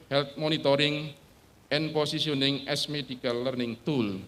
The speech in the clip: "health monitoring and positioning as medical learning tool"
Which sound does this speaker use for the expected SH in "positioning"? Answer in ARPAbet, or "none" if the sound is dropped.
S